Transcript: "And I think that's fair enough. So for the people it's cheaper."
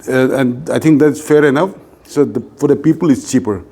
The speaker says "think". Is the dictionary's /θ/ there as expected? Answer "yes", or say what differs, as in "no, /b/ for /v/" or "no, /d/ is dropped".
no, /t/ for /θ/